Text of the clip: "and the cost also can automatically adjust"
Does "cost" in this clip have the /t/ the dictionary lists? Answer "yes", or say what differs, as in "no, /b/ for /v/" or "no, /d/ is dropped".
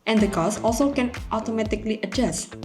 no, /t/ is dropped